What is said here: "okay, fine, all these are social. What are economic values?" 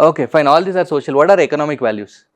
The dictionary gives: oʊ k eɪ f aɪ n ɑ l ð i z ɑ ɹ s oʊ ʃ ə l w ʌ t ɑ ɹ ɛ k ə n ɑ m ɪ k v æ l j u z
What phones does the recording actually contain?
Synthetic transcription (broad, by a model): oʊ k eɪ f aɪ n ɑ l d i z ɑ ɹ s oʊ ʃ ə l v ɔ t ɑ ɹ ɛ k ə n ɑ m ɪ k v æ l j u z